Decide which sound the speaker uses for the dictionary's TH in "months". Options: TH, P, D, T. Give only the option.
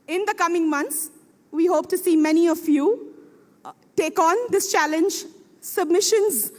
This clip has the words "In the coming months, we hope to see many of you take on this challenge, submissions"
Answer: T